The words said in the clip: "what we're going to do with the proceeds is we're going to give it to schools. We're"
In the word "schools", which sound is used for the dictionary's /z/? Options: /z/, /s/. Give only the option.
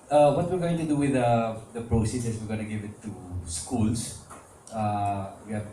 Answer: /s/